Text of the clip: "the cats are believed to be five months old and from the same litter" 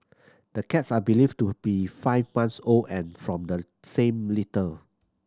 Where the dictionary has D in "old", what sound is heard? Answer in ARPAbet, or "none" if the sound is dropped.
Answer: none